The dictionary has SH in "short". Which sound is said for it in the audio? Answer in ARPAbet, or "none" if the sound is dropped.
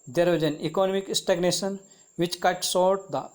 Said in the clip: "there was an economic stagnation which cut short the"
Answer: S